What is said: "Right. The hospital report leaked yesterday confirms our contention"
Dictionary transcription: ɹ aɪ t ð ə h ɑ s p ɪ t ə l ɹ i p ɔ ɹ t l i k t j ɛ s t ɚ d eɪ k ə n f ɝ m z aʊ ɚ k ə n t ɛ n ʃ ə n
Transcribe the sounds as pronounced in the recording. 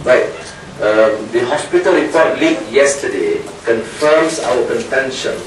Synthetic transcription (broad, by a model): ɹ aɪ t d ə h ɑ s p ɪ t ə l ɹ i p ɔ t l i t j ɛ s t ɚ d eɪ k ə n f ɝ m s aʊ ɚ k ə n t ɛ n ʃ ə n